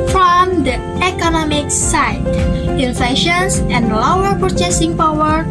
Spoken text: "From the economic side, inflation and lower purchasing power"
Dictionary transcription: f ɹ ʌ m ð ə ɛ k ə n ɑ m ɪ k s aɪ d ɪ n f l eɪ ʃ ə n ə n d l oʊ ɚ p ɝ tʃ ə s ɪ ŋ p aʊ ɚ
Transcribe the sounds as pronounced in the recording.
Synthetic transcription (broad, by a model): f ɹ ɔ m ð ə ɛ k ə n ɑ m ɪ k s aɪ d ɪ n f eɪ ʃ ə n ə n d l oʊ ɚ p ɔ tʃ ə s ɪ ŋ p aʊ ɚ